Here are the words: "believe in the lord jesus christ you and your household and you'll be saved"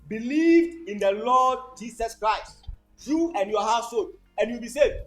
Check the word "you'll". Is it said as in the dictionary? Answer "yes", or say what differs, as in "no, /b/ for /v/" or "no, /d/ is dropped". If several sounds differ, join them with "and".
no, /w/ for /l/